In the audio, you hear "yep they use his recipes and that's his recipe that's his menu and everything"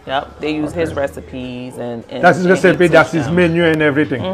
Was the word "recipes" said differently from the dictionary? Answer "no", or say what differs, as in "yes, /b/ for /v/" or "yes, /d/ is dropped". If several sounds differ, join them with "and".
no